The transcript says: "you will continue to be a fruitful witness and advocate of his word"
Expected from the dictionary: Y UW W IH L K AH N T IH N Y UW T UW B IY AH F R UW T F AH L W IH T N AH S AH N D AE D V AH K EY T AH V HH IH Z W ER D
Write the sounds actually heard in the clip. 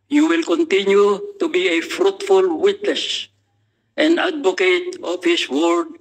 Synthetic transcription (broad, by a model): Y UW W IH L K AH N T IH N Y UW T UW B IY AH F R UW T F AH L W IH T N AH S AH N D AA D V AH K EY T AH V HH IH S W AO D